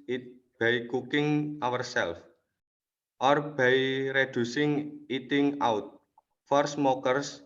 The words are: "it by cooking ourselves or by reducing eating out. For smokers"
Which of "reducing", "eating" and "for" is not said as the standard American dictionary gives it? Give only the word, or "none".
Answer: none